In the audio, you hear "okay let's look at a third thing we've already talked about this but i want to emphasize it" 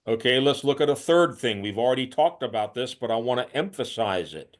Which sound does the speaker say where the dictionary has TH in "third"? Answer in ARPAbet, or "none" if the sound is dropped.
TH